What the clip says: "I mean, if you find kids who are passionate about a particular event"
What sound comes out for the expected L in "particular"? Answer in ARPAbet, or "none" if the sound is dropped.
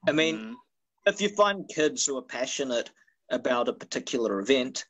none